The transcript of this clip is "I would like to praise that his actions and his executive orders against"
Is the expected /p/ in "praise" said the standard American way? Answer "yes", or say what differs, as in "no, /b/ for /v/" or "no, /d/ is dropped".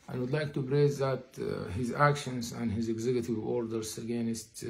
no, /b/ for /p/